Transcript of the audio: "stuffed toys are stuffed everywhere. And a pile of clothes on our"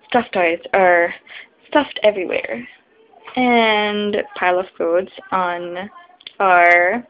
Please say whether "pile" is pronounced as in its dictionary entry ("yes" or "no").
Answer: yes